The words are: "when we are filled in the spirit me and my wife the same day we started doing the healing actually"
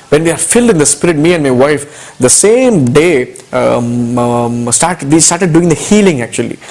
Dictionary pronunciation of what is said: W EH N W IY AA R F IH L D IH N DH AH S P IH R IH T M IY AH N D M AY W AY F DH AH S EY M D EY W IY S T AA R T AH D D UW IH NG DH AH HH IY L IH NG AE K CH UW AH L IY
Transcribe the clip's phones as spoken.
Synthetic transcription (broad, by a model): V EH N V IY AA R F IH L D IH N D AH S P IH R IH T M IY AH N D M AY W AY F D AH S EY M D EY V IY S T AA R T AH D D UW IH NG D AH HH IY L IH NG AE K CH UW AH L IY